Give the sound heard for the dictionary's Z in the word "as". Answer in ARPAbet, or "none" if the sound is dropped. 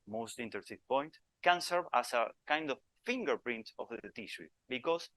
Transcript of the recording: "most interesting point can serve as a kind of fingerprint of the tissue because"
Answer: S